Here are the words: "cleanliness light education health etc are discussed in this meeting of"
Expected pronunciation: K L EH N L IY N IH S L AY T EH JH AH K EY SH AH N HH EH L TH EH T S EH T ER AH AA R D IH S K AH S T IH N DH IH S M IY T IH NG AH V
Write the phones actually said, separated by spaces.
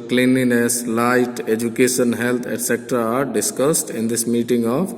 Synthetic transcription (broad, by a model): K L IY N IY N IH S L AY T EH JH AH K EY SH AH N HH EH L T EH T S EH T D AA R D IH S K AH S T IH N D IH S M IY T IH NG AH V